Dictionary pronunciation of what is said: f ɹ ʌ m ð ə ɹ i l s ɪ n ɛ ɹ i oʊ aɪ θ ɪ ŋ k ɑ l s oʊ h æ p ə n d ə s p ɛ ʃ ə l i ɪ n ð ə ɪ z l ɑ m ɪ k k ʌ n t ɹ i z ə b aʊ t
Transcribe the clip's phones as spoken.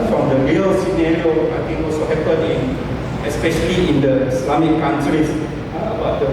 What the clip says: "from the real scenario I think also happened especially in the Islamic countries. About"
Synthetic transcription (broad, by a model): f ɹ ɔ m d ə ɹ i l s ɪ n ɛ ɹ i oʊ aɪ t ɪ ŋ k ɑ l s oʊ h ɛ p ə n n ə s p ɛ ʃ ə l i ɪ n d ə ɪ s l ɑ m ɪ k k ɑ n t ɹ i s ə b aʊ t